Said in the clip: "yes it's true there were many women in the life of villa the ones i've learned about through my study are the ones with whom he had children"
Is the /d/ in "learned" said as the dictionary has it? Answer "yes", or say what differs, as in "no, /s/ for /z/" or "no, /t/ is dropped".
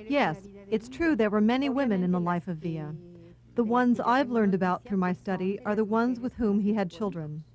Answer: yes